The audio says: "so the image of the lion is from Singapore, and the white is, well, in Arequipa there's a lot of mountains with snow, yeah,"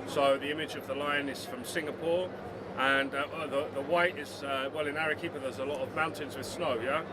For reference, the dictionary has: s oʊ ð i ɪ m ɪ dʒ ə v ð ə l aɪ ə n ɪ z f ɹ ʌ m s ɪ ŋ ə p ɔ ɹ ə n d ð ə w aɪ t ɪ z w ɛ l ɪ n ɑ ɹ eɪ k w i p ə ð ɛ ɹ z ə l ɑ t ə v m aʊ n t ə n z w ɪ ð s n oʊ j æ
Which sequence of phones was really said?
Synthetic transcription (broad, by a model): s oʊ ð i ɪ m ɪ dʒ ə v ð ə l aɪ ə n ɪ z f ɹ ʌ m s ɪ ŋ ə p ɔ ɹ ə n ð ð ə w aɪ t ɪ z w ɛ l ɪ n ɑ ɹ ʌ k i p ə ð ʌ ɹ z ə l ɑ t ə v m aʊ n t ə n z w ɪ ð s n oʊ j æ